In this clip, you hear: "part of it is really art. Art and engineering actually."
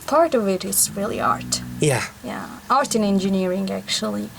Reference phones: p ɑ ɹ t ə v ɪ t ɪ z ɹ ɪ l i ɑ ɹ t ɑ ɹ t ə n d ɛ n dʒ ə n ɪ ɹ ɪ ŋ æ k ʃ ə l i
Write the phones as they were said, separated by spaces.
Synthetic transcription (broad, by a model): p ɑ ɹ t ə v ɪ t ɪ s ɹ ɪ l i ɑ ɹ t ɑ ɹ t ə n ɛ n dʒ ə n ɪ ɹ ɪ ŋ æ k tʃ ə l i